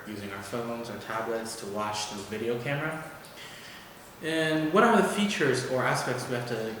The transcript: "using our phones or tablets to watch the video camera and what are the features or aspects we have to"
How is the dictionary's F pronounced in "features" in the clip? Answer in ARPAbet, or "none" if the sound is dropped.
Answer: F